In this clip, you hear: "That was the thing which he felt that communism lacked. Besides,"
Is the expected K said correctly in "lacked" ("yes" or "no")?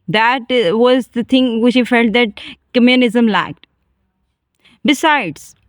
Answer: yes